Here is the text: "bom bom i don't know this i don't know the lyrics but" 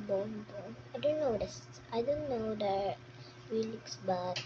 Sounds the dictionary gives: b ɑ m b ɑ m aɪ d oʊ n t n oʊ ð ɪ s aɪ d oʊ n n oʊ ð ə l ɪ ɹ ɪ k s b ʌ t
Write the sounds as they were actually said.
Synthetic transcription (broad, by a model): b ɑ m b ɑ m aɪ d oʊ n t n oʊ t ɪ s aɪ d oʊ n n oʊ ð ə w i l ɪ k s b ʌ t